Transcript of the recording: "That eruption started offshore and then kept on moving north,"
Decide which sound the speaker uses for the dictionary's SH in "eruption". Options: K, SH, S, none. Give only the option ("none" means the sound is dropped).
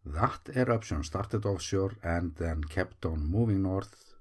S